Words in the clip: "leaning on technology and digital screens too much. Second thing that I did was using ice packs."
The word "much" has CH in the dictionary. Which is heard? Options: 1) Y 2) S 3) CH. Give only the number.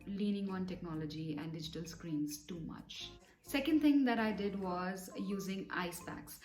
3